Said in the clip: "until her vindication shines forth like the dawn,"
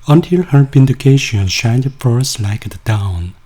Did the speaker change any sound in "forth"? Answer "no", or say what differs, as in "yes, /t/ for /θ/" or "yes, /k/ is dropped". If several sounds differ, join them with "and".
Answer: yes, /s/ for /θ/